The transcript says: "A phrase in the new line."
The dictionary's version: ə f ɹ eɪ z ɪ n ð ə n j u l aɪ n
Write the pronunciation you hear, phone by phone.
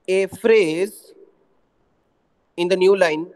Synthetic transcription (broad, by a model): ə f ɹ eɪ z ɪ n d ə n j u l aɪ n